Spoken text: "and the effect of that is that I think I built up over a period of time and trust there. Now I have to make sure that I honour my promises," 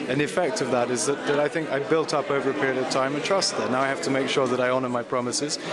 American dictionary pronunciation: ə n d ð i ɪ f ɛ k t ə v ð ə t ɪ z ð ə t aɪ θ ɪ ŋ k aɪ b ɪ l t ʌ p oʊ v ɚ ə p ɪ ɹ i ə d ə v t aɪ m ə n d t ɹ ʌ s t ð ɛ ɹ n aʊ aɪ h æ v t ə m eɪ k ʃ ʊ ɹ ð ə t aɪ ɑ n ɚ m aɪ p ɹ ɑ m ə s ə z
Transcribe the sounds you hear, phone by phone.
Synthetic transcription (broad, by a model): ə n ð i ɪ f ɛ k t ə v ð ə t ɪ z ð ə t aɪ θ ɪ ŋ k aɪ b ɪ l t ʌ p oʊ v ɚ ə p ɪ ɹ i ə d ə v t aɪ m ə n t ɹ ʌ s t ð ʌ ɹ n aʊ aɪ h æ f t ə m eɪ k ʃ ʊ ɹ ð ə t aɪ ɑ n ɚ m aɪ p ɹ ɑ m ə s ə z